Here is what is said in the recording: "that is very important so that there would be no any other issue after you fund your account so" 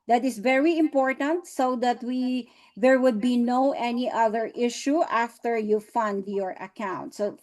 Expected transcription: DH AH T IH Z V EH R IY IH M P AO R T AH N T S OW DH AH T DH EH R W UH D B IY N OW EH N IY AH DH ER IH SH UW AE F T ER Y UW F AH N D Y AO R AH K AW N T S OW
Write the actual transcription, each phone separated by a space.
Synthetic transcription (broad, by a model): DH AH T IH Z V EH R IY IH M P AO R T AH N T S OW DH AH T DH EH R W UH D B IY N OW EH N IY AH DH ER IH SH UW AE F T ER Y UW F AH N D Y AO R AH K AW N T S OW